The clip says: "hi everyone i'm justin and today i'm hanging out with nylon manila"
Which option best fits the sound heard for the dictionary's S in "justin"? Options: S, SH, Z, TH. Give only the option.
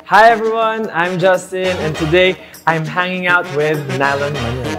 S